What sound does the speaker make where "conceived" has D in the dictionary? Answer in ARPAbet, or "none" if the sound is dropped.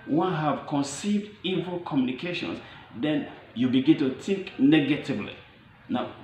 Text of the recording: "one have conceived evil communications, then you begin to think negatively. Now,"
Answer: D